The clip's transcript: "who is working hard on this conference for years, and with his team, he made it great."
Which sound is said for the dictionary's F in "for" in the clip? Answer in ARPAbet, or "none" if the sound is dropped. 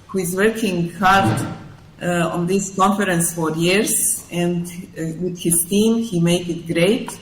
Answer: F